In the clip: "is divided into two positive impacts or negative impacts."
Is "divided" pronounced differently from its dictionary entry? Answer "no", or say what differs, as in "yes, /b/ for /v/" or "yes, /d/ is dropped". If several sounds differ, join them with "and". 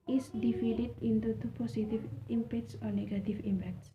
yes, /f/ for /v/